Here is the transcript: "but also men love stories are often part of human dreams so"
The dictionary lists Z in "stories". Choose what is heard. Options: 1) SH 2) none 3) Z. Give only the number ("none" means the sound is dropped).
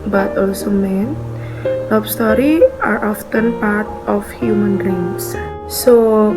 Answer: 2